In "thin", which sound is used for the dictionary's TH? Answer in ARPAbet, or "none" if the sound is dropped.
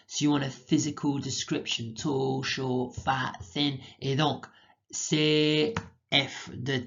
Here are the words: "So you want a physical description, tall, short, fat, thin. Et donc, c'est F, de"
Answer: TH